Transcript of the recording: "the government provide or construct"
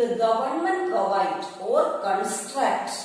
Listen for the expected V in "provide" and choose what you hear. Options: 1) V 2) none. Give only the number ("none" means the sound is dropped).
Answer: 2